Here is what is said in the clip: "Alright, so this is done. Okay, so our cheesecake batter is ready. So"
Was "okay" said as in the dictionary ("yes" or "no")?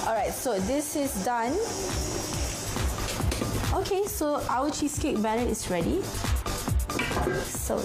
yes